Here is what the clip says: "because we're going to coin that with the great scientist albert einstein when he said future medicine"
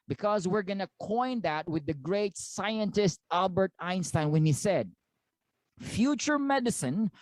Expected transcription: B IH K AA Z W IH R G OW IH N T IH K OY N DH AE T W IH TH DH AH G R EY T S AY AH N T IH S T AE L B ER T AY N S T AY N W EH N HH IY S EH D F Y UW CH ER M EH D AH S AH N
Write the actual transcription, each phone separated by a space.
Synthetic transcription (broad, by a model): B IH K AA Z W IH R G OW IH N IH K OY N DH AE T W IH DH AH G R EY T S AY AH N T IH S T AE L B ER T AY N S T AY N W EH N HH IY S EH D F Y UW CH ER M EH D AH S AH N